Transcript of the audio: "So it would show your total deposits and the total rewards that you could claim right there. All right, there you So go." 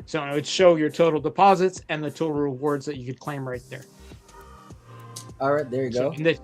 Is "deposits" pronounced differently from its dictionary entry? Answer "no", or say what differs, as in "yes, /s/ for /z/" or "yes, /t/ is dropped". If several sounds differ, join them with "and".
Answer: no